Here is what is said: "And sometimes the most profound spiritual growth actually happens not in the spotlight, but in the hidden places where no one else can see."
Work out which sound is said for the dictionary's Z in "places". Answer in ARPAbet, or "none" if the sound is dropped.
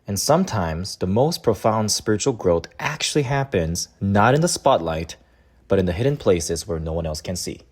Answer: Z